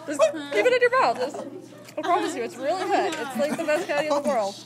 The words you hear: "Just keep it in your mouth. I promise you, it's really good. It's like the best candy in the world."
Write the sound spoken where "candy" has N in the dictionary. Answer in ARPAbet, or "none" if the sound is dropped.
none